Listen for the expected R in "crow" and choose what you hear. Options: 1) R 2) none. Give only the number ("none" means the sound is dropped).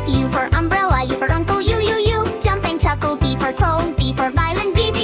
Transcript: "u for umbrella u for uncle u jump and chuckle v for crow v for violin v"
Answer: 2